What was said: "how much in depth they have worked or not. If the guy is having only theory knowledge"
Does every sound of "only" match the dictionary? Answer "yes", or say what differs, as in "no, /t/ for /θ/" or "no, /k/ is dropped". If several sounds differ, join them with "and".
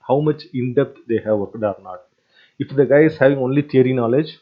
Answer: yes